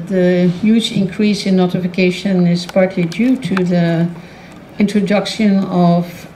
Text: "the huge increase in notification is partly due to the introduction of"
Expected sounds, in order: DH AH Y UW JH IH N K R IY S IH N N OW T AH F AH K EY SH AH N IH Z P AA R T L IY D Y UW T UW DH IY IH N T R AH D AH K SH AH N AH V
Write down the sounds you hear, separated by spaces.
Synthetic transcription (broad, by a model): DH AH Y UW JH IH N K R IY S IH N N OW T AH F AH K EY SH AH N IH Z P AA R T L IY D Y UW T UW DH IY IH N T R AH D AH K SH AH N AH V